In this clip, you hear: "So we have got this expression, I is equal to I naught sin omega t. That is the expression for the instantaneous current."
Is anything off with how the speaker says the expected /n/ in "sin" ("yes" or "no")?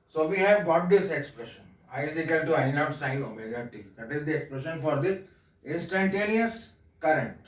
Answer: yes